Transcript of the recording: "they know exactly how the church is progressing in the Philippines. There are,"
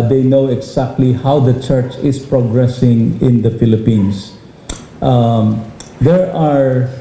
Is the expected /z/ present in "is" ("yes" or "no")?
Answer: no